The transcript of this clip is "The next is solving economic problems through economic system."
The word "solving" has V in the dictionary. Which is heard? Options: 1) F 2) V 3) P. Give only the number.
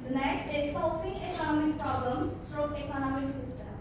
1